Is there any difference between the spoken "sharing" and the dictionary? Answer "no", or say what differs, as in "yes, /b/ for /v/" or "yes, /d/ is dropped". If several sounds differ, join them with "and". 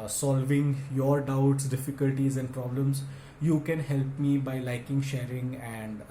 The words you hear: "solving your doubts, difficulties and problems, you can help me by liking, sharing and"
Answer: no